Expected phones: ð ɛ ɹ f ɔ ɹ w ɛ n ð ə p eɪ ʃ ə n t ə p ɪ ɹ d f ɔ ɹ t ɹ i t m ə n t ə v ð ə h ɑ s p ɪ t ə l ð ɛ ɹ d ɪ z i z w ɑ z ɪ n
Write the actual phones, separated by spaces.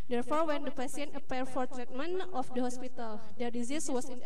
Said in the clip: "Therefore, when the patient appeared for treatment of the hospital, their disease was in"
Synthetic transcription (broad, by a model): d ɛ ɹ f ɔ ɹ w ɛ n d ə p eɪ s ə n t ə p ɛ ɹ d f ɔ ɹ t ɹ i t m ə n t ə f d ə h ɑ s p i t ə l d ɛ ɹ d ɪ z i s w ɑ s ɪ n